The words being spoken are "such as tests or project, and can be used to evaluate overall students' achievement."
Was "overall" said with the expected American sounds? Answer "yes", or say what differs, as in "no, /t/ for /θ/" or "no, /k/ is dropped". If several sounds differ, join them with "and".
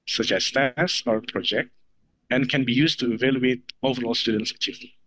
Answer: yes